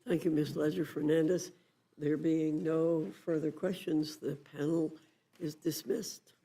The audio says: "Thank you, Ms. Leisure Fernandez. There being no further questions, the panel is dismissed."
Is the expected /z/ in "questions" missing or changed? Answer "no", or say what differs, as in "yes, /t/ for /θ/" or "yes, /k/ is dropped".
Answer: no